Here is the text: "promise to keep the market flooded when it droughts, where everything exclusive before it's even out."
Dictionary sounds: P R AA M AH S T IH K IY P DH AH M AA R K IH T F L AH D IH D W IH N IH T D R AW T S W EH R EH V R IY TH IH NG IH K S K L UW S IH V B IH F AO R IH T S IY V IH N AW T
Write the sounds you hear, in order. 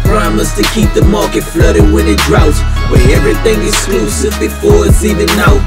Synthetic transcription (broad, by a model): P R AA M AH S T IH K IY P DH AH M AA R K IH T F L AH D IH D W IH N IH T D R AW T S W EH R EH V R IY TH IH NG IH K S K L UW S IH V B IH F AO R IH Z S IY V IH N AW